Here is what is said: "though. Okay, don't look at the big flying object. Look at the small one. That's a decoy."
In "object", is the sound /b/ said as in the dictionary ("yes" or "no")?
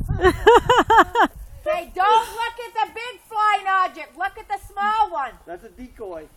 no